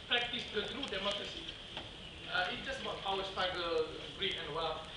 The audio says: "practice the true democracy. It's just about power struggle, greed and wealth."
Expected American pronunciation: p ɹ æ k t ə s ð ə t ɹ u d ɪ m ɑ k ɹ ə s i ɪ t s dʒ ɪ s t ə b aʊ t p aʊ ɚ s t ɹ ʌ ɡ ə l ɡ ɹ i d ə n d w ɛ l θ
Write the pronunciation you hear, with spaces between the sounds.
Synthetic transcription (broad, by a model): p ɹ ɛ k t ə s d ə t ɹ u d ɪ m ɑ k ɹ ə s i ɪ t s dʒ ɪ s t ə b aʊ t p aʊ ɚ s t ɑ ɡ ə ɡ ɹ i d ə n w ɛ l